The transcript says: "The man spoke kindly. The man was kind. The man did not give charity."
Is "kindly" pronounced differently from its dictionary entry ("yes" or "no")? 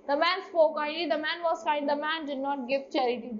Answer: yes